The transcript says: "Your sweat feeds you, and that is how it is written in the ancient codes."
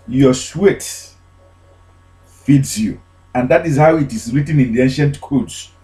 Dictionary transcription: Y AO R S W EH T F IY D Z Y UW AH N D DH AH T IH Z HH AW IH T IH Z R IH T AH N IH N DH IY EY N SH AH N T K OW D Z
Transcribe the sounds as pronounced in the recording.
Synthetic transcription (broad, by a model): Y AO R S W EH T F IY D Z Y UW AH N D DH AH T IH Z HH AW IH T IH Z R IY T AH N IH N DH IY EY N SH AH N T K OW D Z